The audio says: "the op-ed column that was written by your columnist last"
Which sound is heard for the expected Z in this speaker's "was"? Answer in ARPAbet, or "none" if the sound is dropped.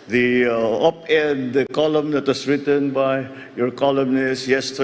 S